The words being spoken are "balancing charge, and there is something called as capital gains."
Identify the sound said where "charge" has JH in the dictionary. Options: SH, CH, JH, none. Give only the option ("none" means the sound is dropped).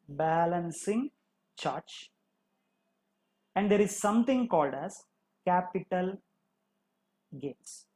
CH